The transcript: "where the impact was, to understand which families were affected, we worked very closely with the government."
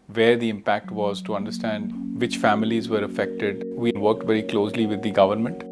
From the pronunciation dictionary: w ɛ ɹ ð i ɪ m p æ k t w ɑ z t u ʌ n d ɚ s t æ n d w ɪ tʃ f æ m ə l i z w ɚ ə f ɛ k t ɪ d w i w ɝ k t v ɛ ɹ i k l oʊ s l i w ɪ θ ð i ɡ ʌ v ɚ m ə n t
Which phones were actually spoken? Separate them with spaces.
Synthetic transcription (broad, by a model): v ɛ ɹ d i ɪ m p æ k t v ɑ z t u ʌ n d ɚ s t æ n d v ɪ tʃ f æ m ə l i z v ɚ ə f ɛ k t ɪ d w i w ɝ k t v ɛ ɹ i k l oʊ s l i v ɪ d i ɡ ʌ v ɚ m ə n t